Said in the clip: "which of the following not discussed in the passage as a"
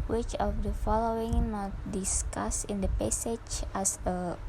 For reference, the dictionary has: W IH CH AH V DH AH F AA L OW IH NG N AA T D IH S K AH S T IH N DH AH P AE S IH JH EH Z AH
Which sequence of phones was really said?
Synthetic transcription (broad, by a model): W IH CH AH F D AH F AA L OW IH NG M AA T D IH S K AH S IH N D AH P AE S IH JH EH S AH